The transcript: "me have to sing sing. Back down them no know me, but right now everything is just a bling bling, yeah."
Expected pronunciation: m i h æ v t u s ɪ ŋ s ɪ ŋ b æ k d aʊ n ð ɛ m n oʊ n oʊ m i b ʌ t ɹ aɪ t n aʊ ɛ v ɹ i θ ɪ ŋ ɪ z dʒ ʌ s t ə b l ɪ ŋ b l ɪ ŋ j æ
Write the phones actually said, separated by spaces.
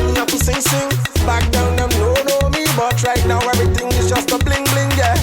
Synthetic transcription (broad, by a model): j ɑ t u s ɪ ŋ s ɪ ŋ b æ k d aʊ n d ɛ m n oʊ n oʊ m i b ʌ t ɹ aɪ t n aʊ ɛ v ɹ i t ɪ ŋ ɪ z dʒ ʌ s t ə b l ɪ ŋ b l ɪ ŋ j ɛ